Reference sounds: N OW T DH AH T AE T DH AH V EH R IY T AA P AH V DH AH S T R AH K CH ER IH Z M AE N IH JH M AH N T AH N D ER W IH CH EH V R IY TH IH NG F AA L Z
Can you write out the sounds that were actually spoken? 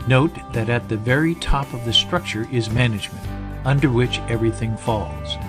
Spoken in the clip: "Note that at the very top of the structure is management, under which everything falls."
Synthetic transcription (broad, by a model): N OW T DH AH T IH T DH AH V EH R IY T AA P AH V DH AH S T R AH K CH ER IH Z M AE N IH JH M AH N T AH N D ER W IH CH EH V R IY TH IH NG F AA L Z